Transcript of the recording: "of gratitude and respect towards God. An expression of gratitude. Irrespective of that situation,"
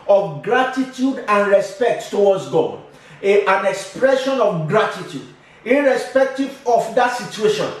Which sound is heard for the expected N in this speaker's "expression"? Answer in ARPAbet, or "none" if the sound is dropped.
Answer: N